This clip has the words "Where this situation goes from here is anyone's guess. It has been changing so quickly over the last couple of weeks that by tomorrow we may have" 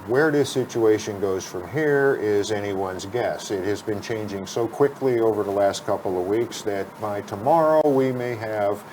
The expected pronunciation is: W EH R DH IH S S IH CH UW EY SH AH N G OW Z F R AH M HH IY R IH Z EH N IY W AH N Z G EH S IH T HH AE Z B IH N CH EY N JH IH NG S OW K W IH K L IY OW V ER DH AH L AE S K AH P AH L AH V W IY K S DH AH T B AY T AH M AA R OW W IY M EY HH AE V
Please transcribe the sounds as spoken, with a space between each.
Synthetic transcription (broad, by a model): W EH R DH IH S S IH CH UW EY SH AH N G OW Z F R AH M HH IY R IH Z EH N IY W AH N Z G EH S IH T HH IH Z B IH N CH EY N JH IH NG S OW K W IH K L IY OW V ER DH AH L AE S K AH P L AH V W IY K S DH AH T B AY T AH M AA R OW W IY M EY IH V